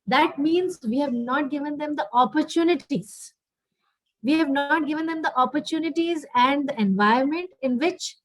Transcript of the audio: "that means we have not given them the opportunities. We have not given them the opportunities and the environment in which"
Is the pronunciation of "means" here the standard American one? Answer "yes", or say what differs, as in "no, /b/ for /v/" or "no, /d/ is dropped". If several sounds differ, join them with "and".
yes